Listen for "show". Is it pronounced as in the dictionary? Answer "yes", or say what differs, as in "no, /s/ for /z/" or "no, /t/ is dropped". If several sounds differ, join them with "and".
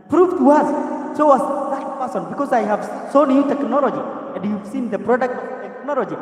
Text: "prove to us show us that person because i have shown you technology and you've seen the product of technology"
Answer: no, /s/ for /ʃ/